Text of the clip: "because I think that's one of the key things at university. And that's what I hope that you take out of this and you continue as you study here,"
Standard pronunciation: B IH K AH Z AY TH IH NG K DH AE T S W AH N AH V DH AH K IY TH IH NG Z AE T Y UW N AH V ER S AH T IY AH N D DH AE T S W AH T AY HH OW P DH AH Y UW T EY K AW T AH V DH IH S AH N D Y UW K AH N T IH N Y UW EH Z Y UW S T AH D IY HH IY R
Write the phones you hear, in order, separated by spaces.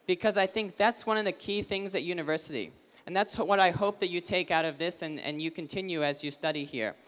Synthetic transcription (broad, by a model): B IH K AH Z AY TH IH NG K DH AE T S W AH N AH V DH AH K IY TH IH NG Z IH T Y UW N AH V ER S AH T IY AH N DH AE T S W AH T AY HH OW P DH AH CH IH T EY K AW T AH V DH IH S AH N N Y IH K AH N T IH N Y UW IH Z Y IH S T AH D IY HH IY R